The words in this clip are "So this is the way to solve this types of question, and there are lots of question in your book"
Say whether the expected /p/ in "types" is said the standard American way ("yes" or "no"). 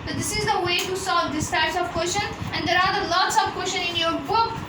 no